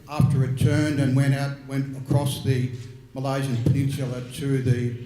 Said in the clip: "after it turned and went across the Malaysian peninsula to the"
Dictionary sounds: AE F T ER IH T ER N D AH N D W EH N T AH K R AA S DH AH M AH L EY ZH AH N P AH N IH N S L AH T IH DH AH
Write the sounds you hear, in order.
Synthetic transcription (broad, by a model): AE F T ER IH T ER N D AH N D W EH N T AH K R AA S DH AH M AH L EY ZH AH N P AH N IH N S L AH T IH DH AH